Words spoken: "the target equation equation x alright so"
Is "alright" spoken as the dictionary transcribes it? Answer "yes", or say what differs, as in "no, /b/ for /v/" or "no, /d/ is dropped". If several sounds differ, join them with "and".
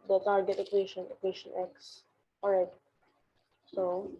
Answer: no, /l/ is dropped